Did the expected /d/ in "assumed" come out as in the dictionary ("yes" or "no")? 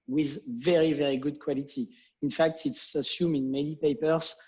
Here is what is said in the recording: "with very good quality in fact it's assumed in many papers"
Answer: no